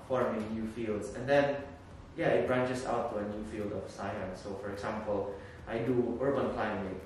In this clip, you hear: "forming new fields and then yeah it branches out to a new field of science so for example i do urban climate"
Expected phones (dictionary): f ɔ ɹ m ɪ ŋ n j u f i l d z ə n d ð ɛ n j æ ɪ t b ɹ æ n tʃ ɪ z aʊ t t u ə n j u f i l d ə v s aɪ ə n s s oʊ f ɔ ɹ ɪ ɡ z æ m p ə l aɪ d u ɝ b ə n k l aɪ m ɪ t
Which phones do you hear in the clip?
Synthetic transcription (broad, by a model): f ɔ ɹ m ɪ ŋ n j u f i l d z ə n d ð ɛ n j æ ɪ t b ɹ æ n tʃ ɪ s aʊ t t u ə n j u f i l d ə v s aɪ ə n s s oʊ f ɔ ɹ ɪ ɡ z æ m p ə l aɪ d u ɝ b ə n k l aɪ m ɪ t